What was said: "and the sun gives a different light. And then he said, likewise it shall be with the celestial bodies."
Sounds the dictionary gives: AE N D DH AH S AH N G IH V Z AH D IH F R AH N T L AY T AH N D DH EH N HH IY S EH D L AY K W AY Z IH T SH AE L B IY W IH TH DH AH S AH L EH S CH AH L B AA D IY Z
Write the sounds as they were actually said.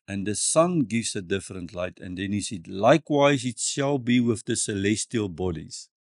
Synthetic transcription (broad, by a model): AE N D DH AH S AH N G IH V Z AH D IH F R AH N T L AY T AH N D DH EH N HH IY S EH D L AY K W AY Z IH T SH AE L B IY W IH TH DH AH S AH L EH S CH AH L B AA D IY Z